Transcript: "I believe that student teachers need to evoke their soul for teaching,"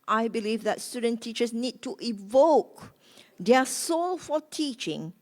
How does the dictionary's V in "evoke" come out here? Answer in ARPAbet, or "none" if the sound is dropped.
V